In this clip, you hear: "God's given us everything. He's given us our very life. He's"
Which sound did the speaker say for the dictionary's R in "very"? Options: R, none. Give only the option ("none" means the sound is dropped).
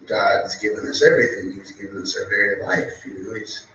none